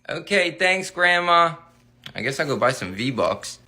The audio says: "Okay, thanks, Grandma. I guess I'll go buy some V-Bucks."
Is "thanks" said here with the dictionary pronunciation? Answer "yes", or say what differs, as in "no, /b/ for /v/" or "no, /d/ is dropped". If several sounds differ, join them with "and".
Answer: yes